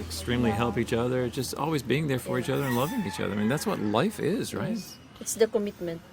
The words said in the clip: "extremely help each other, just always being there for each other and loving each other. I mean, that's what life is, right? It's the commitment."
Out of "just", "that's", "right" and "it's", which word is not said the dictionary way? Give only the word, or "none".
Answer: none